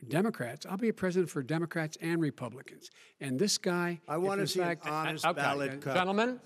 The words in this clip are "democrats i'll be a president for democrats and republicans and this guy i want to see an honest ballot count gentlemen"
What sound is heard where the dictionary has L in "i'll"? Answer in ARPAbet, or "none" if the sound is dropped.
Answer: L